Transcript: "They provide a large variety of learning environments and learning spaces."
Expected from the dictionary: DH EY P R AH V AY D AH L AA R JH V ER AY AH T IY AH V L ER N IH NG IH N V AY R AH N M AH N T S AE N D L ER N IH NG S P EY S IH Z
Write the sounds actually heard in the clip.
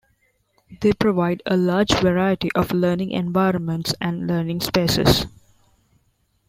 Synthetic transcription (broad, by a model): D EY P R AH V AY D AH L AA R JH V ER AY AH T IY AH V L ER N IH NG IH N V AY R AH N M AH N T S AE N D L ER N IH NG S P EY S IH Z